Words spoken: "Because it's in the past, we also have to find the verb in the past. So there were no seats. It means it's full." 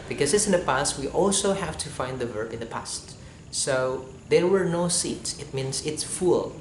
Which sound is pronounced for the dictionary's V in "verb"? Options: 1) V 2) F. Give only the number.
1